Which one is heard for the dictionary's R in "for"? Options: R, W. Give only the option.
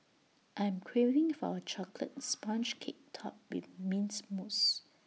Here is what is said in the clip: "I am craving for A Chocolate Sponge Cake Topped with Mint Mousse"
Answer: W